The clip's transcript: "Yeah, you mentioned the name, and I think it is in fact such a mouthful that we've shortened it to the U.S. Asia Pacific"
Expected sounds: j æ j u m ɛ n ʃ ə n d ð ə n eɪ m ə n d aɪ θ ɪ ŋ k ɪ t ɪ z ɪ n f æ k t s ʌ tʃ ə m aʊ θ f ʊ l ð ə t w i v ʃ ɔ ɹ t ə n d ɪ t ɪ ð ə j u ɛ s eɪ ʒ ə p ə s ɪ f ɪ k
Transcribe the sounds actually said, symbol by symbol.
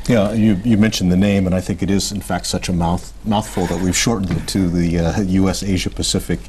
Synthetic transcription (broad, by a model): j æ j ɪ m ɛ n ʃ n ð ə n eɪ m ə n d aɪ θ ɪ ŋ k ɪ t ɪ z ɪ n f æ k t s ʌ tʃ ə m aʊ θ f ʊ l ð ə t w i v ʃ ɔ ɹ t n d ɪ t ɪ ð ə j u ɛ s eɪ ʒ ə p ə s ɪ f ɪ k